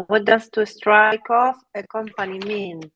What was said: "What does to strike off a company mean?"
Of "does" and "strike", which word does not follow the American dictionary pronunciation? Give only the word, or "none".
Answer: does